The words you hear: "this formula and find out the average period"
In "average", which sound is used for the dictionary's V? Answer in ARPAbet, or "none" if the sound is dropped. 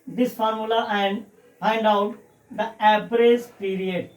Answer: P